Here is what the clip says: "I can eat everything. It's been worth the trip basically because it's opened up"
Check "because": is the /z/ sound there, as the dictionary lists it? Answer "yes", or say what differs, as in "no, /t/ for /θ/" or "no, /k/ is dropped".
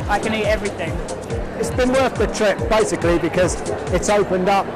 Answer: yes